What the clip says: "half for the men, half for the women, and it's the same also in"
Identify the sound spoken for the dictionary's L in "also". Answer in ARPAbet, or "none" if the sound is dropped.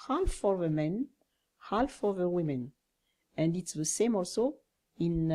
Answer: L